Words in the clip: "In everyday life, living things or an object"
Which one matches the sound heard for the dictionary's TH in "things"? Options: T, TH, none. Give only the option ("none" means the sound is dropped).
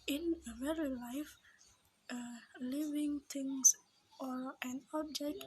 T